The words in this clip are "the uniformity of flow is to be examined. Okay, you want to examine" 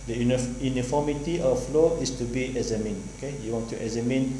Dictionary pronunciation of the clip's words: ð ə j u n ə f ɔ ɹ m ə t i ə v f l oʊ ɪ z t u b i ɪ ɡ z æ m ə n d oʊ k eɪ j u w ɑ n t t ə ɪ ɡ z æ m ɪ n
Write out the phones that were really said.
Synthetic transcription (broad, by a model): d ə j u n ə f ɔ m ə t i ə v f l oʊ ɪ s t u b i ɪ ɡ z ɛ m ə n oʊ k eɪ j u w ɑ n t t ə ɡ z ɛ m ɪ n